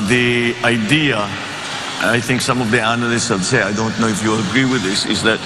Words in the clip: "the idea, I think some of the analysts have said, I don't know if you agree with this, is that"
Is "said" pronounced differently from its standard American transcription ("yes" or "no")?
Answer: yes